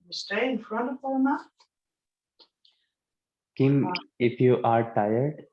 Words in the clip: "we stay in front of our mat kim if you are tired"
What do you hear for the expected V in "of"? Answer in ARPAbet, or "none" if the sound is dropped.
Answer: P